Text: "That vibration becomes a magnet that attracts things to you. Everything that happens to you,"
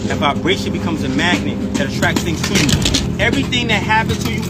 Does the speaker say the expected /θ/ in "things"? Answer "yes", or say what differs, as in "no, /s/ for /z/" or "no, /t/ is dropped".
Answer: yes